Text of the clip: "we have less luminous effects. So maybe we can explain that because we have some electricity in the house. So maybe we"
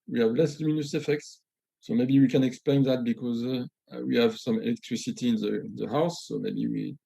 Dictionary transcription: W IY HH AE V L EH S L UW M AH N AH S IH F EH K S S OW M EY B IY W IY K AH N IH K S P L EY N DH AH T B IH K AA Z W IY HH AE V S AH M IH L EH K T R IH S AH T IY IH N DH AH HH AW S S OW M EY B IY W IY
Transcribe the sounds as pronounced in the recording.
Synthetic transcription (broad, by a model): W IY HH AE V L EH S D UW M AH N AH S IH F EH K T S OW M EY B IY W IY K AH N IH K S P L EY N DH AH T B IH K AA Z W IY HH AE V S AH M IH L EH K T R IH S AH T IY IH N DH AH HH AW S S OW M EY B IY W IY